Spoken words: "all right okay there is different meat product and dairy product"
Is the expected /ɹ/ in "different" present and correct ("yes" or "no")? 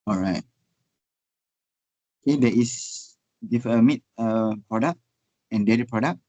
no